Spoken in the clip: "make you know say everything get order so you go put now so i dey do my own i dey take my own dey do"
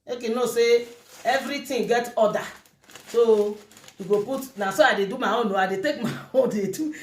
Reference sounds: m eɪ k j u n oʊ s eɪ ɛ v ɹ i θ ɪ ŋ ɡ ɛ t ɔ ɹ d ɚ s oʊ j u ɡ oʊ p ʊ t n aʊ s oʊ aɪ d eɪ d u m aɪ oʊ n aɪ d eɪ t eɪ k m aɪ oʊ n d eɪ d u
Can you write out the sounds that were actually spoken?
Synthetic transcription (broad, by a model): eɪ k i n oʊ s eɪ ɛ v ɹ i t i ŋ ɡ ɛ t ɔ d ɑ s oʊ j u ɡ oʊ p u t n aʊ s oʊ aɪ d eɪ d u m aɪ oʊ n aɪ d eɪ t eɪ k m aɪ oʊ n d eɪ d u